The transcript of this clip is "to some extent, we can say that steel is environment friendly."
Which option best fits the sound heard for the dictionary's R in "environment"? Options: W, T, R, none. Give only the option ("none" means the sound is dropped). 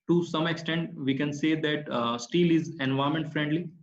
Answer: none